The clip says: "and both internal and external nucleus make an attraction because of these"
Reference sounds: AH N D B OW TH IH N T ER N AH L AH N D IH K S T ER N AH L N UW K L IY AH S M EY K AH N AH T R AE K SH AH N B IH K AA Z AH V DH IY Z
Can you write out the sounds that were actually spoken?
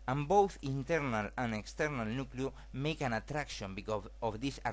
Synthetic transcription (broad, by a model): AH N B OW TH IH N T ER N AH L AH N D IH K S T ER N AH L N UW K L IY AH M EY K AH N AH T R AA K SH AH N B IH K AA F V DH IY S